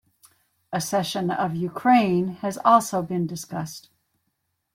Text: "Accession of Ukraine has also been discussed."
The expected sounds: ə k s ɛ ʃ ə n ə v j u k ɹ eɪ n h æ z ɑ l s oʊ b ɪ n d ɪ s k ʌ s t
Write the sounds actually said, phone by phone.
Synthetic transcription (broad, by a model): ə s ɛ ʃ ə n ə v j u k ɹ eɪ n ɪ z ɑ l s oʊ b ɪ n d ɪ s k ʌ s t